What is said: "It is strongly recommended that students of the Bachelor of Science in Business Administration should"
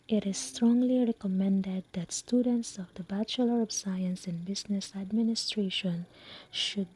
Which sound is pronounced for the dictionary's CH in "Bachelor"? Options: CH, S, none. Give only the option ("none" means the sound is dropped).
CH